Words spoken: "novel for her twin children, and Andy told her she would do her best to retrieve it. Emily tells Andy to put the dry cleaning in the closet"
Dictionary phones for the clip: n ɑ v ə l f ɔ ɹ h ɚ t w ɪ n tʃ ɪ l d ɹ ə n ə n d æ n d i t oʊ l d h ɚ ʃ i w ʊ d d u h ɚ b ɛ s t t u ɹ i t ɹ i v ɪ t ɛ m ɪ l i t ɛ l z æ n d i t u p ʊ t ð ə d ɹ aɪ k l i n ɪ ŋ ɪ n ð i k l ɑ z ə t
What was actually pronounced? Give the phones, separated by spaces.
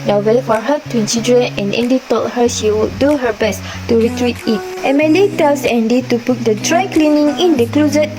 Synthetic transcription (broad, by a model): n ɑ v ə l f ɔ ɹ h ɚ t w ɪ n s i d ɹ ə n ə n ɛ n d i t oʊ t h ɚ ʃ i w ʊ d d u h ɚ b ɛ s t t u ɹ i t ɹ i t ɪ t ɛ m ɪ l i t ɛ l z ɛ n d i t u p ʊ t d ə d ɹ aɪ k l i n ɪ ŋ ɪ n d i k l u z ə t